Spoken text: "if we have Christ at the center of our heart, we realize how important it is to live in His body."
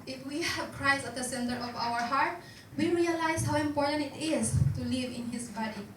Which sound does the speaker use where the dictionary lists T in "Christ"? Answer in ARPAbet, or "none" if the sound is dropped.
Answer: none